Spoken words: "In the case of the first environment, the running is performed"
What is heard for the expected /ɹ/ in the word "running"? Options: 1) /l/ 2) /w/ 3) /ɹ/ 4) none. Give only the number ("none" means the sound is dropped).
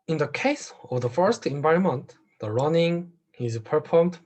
3